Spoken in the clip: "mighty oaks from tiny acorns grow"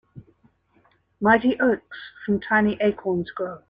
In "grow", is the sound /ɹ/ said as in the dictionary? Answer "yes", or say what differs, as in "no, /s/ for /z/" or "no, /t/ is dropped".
no, /ɹ/ is dropped